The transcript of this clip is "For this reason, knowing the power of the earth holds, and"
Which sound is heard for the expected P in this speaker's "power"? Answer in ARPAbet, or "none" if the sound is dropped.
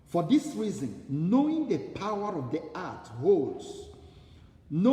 P